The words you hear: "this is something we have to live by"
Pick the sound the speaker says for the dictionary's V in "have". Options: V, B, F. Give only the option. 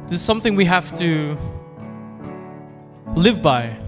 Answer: F